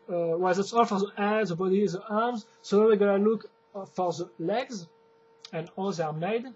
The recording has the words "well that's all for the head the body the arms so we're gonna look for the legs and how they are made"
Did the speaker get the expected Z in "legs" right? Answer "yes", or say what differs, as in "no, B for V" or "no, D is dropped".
yes